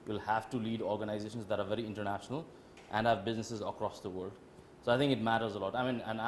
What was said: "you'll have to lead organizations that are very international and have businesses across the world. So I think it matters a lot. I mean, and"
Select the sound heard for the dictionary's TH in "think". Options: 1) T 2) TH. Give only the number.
1